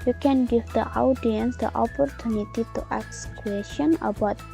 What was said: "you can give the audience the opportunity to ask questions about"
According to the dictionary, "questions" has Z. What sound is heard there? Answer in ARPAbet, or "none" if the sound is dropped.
none